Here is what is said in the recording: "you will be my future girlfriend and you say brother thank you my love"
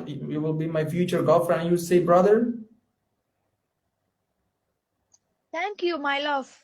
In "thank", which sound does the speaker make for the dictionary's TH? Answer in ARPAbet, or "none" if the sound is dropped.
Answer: T